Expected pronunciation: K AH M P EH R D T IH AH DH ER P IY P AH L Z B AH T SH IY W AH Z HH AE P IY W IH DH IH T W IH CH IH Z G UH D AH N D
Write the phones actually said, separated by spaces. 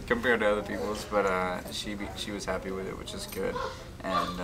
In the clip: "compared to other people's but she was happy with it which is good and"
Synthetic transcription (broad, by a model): K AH M P EH R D T IH AH DH ER P IY P L Z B AH T SH IY W AH Z HH AE P IY W IH DH IH T W IH CH IH Z G UH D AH N